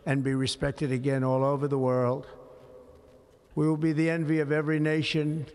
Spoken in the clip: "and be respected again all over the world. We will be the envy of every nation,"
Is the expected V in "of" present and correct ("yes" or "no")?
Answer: yes